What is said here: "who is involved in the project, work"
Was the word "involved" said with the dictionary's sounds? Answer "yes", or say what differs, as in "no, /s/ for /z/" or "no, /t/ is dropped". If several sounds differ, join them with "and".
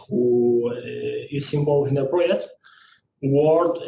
no, /d/ is dropped